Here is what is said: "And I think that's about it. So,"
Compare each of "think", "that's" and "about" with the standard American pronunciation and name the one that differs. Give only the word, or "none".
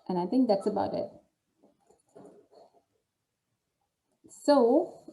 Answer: none